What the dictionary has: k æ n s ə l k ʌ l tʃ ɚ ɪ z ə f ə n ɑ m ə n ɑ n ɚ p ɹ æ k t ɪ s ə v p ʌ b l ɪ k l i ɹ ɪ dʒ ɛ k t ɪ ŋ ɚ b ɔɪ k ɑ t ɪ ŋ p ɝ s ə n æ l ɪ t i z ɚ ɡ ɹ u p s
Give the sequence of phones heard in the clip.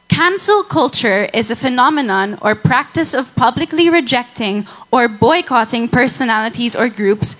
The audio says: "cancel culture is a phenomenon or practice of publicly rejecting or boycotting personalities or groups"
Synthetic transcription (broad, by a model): k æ n s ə l k ʌ l tʃ ɚ ɪ z ə f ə n ɑ m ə n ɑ n ɚ p ɹ æ k t ɪ s ə v p ʌ b l ɪ k l i ɹ ɪ dʒ ɛ k t ɪ ŋ ɚ b ɔɪ k ɑ t ɪ ŋ p ɝ s ə n æ l ɪ t i z ɚ ɡ ɹ u p s